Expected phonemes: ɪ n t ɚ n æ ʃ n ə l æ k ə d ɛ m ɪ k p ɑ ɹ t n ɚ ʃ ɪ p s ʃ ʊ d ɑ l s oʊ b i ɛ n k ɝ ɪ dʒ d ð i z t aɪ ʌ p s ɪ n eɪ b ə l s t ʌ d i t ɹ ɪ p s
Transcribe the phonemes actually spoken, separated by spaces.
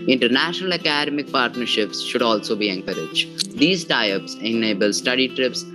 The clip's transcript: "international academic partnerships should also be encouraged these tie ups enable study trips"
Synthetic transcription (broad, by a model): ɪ n t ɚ n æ ʃ n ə l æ k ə d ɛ m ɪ k p ɑ ɹ t n ɚ ʃ ɪ p s ʃ ʊ d ɑ l s oʊ b i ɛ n k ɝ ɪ dʒ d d i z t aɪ ʌ p s ɪ n eɪ b ə l s t ʌ d i t ɹ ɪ p s